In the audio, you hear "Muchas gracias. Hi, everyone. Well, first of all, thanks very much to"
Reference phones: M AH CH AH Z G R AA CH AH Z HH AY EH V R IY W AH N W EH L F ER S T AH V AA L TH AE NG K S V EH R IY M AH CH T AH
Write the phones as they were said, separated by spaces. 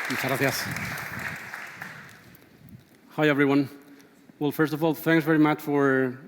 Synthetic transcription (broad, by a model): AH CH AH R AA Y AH S HH AY EH V R IY W AH N W EH L F ER S T AH V AA L TH AE NG K S V EH R IY M AH CH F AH